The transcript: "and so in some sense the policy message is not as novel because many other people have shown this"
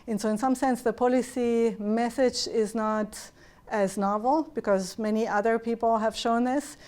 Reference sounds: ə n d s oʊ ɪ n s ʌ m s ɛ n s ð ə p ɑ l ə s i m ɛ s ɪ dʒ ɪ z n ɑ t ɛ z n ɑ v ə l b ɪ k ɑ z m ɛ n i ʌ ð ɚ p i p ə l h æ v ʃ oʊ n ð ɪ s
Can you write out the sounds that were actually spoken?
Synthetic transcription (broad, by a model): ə n s oʊ ɪ n s ʌ m s ɛ n s ð ə p ɑ l ə s i m ɛ s ɪ dʒ ɪ z n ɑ t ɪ z n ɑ v l b ɪ k ɑ z m ɛ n i ʌ ð ɚ p i p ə l h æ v ʃ oʊ n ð ɪ s